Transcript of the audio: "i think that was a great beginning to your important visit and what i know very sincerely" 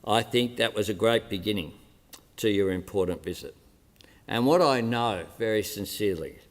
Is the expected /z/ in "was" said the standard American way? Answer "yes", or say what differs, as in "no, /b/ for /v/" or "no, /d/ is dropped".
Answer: yes